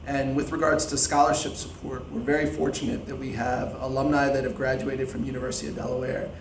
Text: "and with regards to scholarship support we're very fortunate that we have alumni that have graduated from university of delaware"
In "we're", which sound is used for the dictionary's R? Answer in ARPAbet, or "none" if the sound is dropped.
R